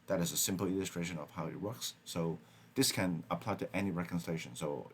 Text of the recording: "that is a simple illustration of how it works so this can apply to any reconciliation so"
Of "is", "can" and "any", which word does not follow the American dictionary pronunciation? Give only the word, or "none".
none